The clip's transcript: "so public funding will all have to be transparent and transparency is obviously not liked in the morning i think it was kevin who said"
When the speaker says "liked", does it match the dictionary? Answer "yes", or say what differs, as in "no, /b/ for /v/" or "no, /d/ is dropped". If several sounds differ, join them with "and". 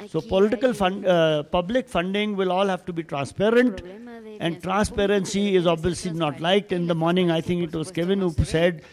yes